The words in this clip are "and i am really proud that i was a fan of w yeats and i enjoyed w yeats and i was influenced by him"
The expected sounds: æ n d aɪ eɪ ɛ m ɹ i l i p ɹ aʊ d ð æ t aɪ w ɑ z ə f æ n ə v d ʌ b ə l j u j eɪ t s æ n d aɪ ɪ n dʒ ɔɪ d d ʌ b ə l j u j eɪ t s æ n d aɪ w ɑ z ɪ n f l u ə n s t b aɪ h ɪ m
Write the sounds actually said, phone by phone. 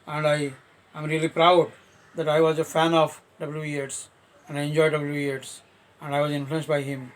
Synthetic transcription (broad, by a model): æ n d aɪ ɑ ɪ m ɹ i l i p ɹ aʊ d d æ t aɪ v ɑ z ə f æ n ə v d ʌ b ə l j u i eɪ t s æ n d aɪ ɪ n dʒ ɔɪ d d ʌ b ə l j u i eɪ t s æ n d aɪ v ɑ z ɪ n f l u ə n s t b aɪ h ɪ m